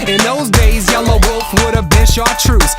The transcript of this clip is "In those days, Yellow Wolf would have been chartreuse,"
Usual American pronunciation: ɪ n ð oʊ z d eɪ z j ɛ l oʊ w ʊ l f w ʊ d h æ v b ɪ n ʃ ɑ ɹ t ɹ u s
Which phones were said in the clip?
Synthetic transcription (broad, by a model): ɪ n ð oʊ z d eɪ z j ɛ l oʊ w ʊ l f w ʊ d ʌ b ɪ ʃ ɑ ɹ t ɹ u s